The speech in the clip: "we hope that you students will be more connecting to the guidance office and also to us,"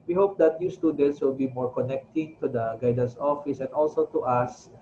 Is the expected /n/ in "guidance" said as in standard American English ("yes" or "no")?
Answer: no